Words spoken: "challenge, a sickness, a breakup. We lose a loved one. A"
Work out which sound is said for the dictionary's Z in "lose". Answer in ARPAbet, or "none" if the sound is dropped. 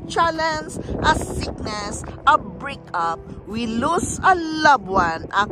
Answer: S